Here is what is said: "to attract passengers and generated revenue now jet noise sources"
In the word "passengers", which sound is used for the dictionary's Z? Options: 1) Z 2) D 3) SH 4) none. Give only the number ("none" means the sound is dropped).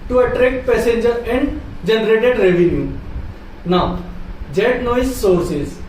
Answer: 4